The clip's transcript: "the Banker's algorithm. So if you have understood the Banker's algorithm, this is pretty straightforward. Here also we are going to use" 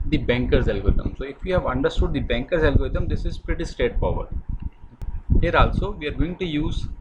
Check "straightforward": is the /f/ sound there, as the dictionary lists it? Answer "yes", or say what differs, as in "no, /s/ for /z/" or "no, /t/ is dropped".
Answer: no, /p/ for /f/